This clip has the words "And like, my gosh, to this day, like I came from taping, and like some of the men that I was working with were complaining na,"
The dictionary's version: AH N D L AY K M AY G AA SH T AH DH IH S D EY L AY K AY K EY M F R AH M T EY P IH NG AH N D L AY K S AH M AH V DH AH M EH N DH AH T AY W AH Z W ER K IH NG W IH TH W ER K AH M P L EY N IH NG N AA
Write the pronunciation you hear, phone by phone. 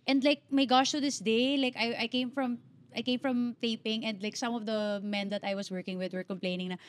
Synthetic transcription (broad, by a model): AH N D L AY K M AY G AA SH T AH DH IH S D EY L AY K AY K EY M F R AH M T EY P IH NG AH N D L AY K S AH M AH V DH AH M EH N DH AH T AY W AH S W ER K IH NG W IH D W ER K AH M P L EY N IH NG N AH